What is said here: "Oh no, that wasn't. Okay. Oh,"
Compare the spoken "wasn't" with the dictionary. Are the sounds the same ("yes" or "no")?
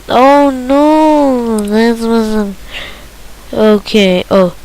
no